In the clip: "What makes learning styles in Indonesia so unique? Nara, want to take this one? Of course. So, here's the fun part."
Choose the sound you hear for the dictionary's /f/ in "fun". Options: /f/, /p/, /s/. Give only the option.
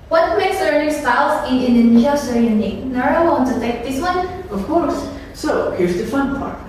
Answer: /f/